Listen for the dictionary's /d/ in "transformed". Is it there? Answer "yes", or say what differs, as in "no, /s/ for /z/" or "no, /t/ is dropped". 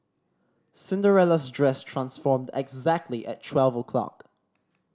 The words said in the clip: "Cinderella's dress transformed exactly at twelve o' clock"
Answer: yes